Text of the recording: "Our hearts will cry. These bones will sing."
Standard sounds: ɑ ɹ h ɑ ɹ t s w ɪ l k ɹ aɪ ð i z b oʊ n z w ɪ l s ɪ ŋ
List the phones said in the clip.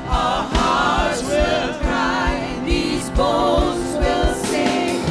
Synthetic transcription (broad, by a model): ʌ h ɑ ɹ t w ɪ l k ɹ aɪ ð i z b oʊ z w ɪ l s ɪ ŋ